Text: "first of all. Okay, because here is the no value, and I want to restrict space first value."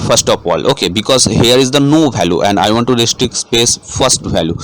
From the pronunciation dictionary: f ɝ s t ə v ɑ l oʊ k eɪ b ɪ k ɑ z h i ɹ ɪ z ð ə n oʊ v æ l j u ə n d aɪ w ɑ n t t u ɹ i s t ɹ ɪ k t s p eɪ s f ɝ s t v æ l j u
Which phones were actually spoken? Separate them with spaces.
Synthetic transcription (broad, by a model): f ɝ s t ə p ɑ l oʊ k eɪ b ɪ k ɑ z h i ɹ ɪ z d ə n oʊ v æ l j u ə n d aɪ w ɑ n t t u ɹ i s t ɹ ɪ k s p eɪ s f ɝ s t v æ l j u